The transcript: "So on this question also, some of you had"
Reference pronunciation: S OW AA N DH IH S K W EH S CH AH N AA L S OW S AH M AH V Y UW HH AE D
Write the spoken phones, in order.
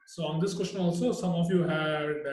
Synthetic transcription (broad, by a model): S OW AA N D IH S K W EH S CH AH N AA L S OW S AH M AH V Y UW HH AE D